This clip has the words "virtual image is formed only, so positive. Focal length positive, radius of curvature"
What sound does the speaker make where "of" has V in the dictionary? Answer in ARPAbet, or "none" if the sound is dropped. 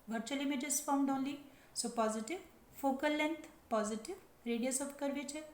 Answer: P